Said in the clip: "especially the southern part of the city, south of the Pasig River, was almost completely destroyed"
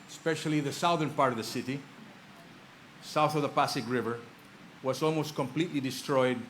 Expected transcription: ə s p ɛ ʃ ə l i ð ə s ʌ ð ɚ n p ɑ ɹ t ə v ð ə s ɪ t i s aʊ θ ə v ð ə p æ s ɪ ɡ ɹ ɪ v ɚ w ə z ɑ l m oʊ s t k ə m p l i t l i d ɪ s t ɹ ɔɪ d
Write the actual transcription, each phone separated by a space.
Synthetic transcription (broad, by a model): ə s p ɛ ʃ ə l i ð ə s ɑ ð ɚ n p ɑ ɹ t ə v ð ə s ɪ t i s aʊ θ ə v ð ə p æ s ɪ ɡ ɹ ɪ v ɚ w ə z ɑ l m oʊ s t k ə m p l i t l i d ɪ s t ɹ ɔɪ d